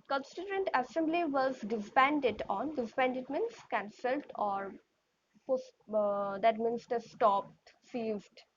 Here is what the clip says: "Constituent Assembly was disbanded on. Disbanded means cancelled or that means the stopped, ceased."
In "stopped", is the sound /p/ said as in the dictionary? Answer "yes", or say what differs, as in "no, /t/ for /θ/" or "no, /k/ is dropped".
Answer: yes